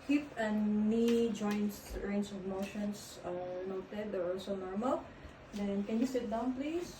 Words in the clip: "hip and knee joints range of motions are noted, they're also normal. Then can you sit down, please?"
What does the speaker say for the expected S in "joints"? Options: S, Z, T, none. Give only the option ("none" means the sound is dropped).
none